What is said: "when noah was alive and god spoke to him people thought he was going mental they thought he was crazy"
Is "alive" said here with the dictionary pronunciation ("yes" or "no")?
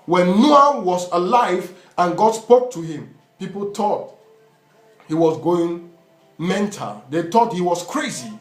yes